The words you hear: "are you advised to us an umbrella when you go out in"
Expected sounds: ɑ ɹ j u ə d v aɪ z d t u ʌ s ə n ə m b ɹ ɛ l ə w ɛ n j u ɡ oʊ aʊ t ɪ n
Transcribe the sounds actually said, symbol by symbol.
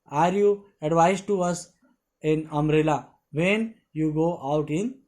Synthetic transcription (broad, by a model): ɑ ɹ j u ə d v aɪ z t u ʌ s ə n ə m ɹ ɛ l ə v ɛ n j u ɡ oʊ aʊ t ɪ n